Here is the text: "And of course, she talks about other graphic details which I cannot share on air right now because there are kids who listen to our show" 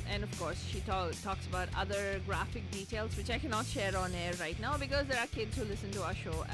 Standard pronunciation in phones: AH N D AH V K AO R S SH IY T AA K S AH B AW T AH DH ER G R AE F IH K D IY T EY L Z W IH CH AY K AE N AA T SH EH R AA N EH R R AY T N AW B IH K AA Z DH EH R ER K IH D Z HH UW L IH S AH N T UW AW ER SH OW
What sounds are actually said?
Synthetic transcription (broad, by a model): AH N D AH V K AO R S SH IY T AA K S AH B AW T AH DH ER G R AE F IH K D IY T EY L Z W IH CH AY K AE N AA T SH EH R AA N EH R R AY T N AW B IH K AA Z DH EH R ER K IH D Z HH UW L IH S AH N T UW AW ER SH OW